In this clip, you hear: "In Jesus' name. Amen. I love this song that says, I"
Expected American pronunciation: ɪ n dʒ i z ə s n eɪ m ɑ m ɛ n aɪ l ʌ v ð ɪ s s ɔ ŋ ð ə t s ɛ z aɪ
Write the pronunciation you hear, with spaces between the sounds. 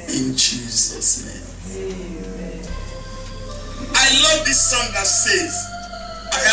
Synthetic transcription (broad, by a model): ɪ n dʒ i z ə s n eɪ m ɑ ɪ l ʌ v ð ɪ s s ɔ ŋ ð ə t s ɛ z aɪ